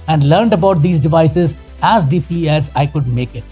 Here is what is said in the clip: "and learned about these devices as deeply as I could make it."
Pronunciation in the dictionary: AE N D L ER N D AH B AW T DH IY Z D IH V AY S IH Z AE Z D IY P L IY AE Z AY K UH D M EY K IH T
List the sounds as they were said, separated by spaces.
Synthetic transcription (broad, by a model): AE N D L ER N D AH B AW T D IY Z D IH V AY S IH Z AE Z D IY P L IY AE Z AY K UH D M EY K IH T